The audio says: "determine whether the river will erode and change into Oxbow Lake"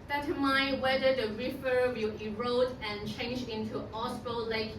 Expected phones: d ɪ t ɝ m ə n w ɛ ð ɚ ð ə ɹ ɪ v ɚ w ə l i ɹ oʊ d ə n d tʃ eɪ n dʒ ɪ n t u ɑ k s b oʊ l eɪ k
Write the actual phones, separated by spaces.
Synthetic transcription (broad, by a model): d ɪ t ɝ m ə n w ɛ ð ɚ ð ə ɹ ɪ f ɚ w ə l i ɹ oʊ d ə n tʃ eɪ n dʒ ɪ n t u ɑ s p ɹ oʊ l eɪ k